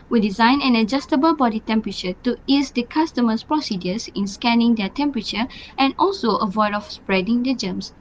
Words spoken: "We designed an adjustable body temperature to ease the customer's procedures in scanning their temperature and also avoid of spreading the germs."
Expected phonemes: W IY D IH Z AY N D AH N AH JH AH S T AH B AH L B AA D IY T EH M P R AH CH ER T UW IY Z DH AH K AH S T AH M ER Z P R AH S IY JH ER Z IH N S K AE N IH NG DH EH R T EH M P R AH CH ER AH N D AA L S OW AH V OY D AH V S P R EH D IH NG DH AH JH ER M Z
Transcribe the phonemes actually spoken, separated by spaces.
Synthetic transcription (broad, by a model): W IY D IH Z AY N AH N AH JH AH S T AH B AH L B AA D IY T EH M P R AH CH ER T UW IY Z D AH K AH S T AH M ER S P R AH S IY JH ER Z IH N S K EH N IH NG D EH T EH M P R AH CH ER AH N AA L S OW AH V OY D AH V S P R EH D IH NG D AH JH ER M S